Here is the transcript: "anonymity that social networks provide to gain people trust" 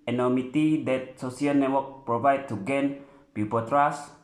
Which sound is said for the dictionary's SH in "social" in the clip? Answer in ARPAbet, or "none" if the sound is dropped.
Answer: S